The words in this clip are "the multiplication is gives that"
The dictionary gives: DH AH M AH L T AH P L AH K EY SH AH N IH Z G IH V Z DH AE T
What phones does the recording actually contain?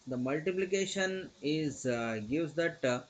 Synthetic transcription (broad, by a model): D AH M AH L T AH P L AH K EY SH AH N IH Z G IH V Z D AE T